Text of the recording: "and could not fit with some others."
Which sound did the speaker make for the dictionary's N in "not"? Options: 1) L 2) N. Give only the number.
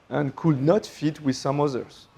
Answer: 2